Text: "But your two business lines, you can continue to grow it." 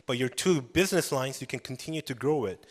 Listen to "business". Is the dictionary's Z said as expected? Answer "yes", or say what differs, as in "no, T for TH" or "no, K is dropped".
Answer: yes